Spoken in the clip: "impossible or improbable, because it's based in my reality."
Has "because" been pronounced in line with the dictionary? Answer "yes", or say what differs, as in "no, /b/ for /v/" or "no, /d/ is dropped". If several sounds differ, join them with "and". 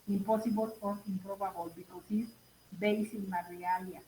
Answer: no, /s/ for /z/